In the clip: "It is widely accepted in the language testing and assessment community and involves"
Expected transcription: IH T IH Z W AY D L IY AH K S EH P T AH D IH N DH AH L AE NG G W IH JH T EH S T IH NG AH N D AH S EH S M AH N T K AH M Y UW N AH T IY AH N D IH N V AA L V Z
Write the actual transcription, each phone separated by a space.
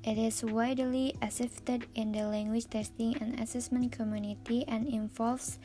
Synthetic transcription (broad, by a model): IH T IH S W AY D L IY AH S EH F T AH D IH N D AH L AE NG G W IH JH T EH S T IH NG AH N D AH S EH S M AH N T K AH M Y UW N AH T IY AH N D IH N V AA L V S